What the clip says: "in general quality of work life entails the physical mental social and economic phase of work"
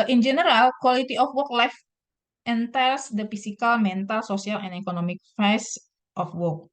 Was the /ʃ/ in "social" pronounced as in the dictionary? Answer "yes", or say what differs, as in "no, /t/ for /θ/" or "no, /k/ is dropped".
no, /s/ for /ʃ/